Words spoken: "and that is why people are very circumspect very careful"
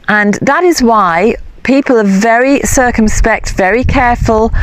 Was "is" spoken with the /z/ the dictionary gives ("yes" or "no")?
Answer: yes